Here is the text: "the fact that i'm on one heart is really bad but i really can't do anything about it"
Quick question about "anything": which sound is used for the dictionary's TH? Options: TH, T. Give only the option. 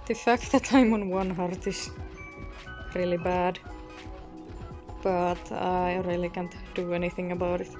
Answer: TH